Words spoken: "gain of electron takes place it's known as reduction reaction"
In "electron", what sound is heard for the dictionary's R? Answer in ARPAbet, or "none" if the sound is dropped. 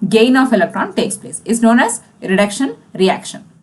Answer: R